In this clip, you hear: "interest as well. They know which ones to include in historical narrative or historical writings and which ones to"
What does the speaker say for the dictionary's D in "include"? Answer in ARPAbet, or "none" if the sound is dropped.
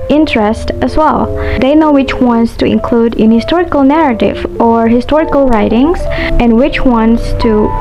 D